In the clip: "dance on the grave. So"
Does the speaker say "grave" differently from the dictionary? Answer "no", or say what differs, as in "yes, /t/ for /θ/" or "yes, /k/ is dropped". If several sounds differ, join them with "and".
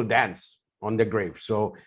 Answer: no